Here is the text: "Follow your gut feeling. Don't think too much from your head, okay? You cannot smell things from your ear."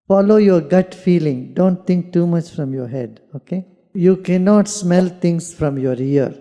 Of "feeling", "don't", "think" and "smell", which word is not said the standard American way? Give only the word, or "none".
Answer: think